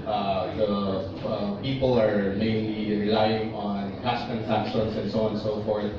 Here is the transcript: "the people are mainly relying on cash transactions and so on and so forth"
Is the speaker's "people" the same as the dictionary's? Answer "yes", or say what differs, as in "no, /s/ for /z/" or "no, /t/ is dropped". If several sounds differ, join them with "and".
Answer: yes